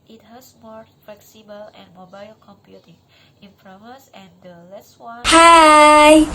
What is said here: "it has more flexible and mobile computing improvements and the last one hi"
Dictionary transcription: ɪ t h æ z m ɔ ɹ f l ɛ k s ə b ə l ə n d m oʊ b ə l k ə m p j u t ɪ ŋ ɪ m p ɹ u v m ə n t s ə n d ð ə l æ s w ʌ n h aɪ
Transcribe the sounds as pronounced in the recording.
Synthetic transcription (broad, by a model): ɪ t h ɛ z m ɔ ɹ f l ɛ k s ə b ə l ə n m oʊ b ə l k ə m p j u t ɪ ŋ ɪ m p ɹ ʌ m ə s ə n d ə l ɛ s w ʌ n h aɪ